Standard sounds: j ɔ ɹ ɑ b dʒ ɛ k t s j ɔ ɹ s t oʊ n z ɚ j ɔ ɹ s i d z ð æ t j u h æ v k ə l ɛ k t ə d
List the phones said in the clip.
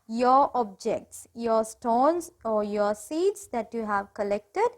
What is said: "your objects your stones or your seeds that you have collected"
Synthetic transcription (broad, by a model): j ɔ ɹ ɑ b dʒ ɛ k t s j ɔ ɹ s t oʊ n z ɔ j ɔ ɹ s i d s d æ t j u h æ v k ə l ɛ k t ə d